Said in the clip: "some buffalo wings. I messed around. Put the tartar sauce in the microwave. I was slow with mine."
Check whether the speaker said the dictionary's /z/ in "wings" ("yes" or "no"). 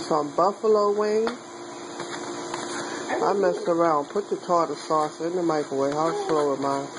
no